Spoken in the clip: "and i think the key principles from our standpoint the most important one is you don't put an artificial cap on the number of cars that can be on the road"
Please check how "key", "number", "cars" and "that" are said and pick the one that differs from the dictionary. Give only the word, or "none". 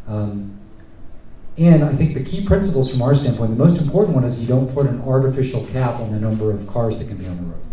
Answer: none